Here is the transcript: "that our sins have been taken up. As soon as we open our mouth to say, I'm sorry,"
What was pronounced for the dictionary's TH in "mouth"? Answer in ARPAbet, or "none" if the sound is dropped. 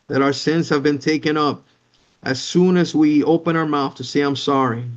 TH